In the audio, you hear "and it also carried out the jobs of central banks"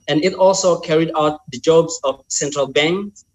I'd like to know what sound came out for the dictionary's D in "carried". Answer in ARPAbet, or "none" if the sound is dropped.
D